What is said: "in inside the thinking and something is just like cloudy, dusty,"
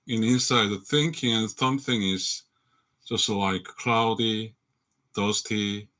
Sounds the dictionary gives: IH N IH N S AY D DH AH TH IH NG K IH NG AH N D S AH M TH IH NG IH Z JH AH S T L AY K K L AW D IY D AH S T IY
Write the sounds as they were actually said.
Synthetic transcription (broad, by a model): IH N IH N S AY D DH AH TH IH NG K IH NG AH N S AH M TH IH NG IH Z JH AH S T L AY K K L AW D IY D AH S T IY